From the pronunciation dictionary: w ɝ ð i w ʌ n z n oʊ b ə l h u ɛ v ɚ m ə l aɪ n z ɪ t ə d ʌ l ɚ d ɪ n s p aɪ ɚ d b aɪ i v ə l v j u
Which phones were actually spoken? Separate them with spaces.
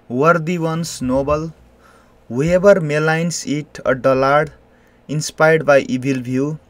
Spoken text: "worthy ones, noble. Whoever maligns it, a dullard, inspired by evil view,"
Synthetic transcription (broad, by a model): w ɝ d i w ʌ n s n oʊ b ə l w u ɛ b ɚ m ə l aɪ n s ɪ t ə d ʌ l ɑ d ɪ n s p aɪ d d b aɪ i b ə l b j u